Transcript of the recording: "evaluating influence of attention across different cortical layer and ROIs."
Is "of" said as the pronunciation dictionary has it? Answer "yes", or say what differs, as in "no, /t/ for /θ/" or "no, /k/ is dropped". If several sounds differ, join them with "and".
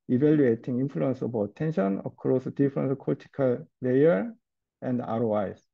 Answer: no, /b/ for /v/